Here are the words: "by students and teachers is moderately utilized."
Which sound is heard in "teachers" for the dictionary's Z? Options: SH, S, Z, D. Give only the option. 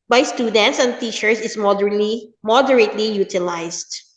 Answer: S